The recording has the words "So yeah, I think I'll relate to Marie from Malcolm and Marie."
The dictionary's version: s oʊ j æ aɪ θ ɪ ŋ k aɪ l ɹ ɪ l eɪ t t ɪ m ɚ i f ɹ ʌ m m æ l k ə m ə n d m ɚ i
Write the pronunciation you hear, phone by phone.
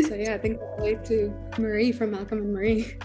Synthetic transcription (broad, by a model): s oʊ j æ aɪ θ ɪ ŋ k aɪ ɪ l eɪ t t ɪ m ɚ i f ɹ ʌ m m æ l k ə m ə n m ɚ i